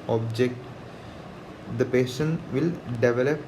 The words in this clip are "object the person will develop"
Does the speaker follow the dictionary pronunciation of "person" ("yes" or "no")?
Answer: no